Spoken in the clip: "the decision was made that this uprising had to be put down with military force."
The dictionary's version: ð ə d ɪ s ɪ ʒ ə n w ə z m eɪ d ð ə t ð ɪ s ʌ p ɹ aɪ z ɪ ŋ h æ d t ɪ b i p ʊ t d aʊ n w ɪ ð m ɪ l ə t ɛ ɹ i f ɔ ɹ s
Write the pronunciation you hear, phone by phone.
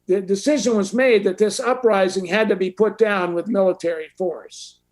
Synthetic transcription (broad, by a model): ð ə d ɪ s ɪ ʒ ə n w ə z m eɪ d ð ə t ð ɪ s ʌ p ɹ aɪ z ɪ ŋ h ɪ d t ɪ b i p ʊ t d aʊ n w ɪ ð m ɪ l ə t ɛ ɹ i f ɔ ɹ s